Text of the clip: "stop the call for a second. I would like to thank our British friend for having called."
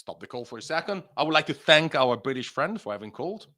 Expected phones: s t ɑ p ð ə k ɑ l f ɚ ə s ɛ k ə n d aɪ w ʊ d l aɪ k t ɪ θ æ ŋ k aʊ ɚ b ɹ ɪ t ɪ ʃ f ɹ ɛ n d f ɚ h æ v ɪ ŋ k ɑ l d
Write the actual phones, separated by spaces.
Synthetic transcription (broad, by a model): s t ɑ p ð ə k ɑ l f ɚ ə s ɛ k ə n d aɪ w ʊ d l aɪ k t ɪ θ æ ŋ k aʊ ɚ b ɹ ɪ t ɪ ʃ f ɹ ɛ n d f ɚ h æ v ɪ ŋ k ɑ l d